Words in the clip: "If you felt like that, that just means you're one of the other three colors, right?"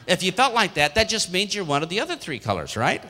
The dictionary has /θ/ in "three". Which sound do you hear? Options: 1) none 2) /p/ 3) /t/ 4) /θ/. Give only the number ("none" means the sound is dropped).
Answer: 4